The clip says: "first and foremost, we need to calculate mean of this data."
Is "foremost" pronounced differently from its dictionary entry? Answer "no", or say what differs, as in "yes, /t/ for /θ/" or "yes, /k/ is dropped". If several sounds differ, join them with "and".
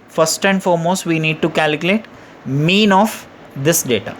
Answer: no